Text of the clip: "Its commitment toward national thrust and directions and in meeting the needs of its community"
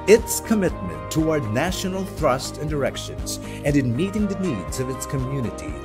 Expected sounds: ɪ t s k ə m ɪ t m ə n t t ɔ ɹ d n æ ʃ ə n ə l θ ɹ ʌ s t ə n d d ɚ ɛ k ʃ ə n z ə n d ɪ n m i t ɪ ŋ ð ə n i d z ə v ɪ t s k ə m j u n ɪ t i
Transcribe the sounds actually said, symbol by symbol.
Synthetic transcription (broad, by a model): ɪ t s k ə m ɪ t m ə n t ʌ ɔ ɹ d n æ ʃ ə n l θ ɹ ʌ s t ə n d d ɚ ɛ k ʃ ə n z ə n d ɪ n m i t ɪ ŋ ð ə n i d z ə v ɪ t s k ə m j u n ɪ t i